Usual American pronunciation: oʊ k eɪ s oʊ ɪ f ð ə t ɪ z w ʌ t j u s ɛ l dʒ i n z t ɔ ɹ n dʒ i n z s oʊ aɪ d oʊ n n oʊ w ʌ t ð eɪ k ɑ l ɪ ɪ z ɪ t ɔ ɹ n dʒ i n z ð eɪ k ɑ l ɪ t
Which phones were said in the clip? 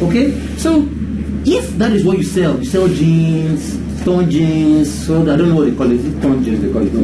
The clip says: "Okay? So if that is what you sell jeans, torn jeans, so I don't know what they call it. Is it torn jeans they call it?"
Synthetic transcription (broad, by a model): oʊ k eɪ s oʊ ɪ f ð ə t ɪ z w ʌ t j u s ɛ l dʒ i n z t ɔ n dʒ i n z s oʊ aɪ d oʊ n n oʊ w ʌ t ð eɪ k ɑ l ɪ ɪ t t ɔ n dʒ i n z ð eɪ k ɑ l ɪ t